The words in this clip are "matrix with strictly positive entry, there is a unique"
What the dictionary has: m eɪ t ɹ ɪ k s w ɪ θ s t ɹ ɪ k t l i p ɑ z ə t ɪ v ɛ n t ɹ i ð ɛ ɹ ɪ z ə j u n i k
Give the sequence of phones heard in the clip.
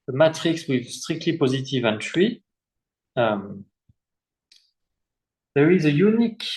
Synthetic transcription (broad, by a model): m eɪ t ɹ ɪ k s w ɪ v s t ɹ ɪ k t l i p ɑ z ə t ɪ v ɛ n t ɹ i ð ɛ ɹ ɪ z ə j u n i k